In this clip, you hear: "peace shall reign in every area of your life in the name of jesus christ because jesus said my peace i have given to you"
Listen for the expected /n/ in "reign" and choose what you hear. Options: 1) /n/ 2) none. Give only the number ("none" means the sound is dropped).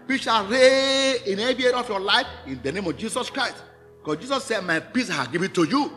2